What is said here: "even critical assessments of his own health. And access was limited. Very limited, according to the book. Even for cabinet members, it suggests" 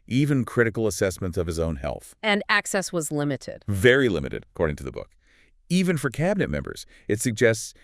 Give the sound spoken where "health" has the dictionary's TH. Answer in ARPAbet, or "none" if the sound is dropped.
TH